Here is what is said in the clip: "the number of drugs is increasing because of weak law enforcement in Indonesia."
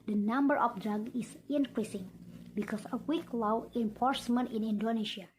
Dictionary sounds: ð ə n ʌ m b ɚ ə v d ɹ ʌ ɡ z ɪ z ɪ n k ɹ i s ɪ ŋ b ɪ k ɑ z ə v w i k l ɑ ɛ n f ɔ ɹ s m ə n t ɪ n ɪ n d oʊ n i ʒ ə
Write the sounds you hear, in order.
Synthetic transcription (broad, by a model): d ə n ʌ m b ɚ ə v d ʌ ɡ ɪ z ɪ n k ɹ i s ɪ ŋ b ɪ k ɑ s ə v w i k l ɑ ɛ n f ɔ ɹ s m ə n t ɪ n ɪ n d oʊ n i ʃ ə